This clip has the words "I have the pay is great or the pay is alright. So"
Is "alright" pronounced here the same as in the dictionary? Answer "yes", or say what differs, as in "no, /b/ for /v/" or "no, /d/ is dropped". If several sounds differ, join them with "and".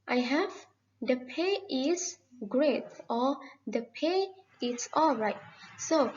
yes